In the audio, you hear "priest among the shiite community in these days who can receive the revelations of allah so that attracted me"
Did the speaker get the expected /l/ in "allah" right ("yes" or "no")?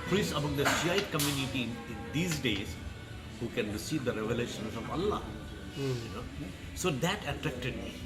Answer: no